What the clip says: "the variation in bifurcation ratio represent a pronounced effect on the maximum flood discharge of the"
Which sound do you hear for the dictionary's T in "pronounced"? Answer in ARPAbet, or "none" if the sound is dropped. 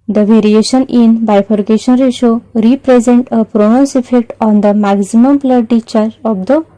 none